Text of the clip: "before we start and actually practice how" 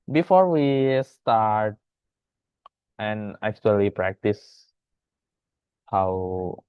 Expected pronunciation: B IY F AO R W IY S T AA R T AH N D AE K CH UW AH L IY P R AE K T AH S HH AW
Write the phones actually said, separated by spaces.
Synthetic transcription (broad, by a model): B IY F AO R W IY S T AA R T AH N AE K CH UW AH L IY P R AE K T AH S HH AW